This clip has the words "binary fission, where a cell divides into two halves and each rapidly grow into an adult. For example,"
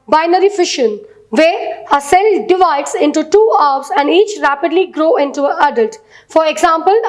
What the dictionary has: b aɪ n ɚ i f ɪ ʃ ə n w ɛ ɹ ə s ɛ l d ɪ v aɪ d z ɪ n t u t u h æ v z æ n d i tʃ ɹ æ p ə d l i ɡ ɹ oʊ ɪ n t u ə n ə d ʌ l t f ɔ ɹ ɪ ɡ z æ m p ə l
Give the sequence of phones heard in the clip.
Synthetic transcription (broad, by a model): b aɪ n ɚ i f ɪ ʃ ə n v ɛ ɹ ə s ɛ l d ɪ v aɪ d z ɪ n t u t u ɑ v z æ n d i tʃ ɹ æ p ə d l i ɡ ɹ oʊ ɪ n t u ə ə d ʌ l t f ɔ ɹ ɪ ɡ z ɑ m p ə l